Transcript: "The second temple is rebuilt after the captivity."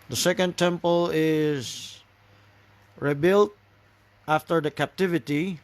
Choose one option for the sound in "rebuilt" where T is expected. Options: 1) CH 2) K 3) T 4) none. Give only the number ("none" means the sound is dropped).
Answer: 3